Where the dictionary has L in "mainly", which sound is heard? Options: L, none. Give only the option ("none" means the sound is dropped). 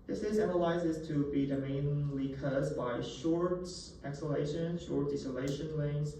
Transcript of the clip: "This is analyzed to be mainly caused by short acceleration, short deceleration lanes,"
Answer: L